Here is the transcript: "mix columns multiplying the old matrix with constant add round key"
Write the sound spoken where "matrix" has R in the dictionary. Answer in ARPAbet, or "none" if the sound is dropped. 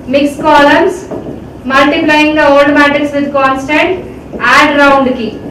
none